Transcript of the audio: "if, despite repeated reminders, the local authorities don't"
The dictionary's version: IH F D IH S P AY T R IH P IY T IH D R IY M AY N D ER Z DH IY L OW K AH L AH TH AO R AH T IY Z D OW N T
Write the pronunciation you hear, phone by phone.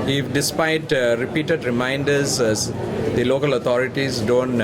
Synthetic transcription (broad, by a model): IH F D IH S P AY T R IH P IY T IH D R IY M AY N D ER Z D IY L OW K AH L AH T AO R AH T IY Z D OW N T